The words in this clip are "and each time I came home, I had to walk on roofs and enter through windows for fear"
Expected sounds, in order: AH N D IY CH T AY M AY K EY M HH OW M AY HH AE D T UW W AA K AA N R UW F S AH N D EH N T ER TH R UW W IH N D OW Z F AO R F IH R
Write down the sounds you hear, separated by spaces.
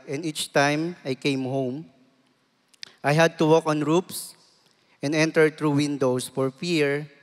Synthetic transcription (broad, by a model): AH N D IY CH T AY M AY K EY M HH OW M AY HH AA D T UW W AA K AA N R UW P S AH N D EH N T ER T R UW W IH N D OW S F AO R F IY R